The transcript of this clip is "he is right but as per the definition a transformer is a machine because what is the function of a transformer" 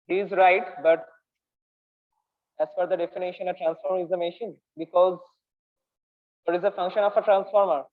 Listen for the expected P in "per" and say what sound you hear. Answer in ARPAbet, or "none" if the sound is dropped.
F